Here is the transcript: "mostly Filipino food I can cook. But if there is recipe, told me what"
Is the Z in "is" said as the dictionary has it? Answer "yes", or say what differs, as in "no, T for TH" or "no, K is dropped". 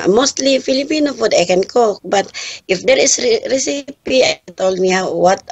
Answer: no, S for Z